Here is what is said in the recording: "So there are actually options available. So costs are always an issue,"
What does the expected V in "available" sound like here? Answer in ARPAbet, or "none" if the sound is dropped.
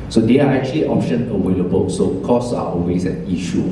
W